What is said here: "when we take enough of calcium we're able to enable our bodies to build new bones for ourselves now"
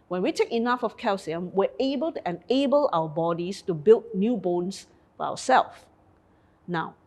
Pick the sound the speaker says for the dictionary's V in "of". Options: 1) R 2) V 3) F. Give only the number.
3